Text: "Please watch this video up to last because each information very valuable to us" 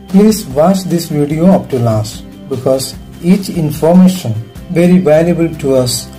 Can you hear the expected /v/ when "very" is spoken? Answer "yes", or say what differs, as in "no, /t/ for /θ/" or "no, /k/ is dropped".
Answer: yes